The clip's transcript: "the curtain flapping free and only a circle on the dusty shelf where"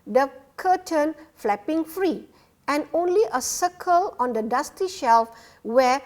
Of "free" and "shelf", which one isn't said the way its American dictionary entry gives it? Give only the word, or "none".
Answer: none